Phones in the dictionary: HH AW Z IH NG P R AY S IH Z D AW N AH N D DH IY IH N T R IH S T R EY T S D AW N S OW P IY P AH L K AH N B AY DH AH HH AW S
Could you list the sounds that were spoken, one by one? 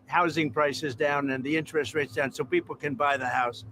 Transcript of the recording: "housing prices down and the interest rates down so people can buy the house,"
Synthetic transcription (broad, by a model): HH AW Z IH NG P R AY S IH Z D AW N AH N DH IY IH N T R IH S T R EY T S D AW N S OW P IY P L K AH N B AY DH AH HH AW S